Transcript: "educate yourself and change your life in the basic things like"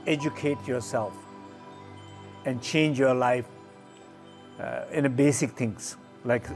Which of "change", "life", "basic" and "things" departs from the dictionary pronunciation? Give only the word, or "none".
things